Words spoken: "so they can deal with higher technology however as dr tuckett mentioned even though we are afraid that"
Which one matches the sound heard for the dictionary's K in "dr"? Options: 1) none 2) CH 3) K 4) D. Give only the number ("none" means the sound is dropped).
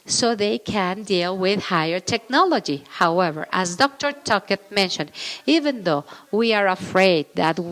3